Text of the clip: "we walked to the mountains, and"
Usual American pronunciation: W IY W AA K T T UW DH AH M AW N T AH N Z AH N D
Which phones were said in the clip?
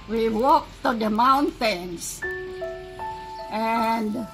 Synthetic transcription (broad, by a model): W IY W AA K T T UW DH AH M AW N T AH N S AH N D